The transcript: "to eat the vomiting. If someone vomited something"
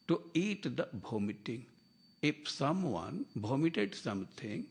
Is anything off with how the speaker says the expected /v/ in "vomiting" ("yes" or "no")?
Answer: yes